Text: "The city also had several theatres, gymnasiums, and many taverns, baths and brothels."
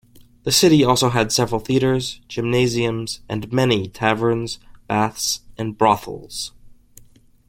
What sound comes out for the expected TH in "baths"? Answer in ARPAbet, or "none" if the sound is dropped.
TH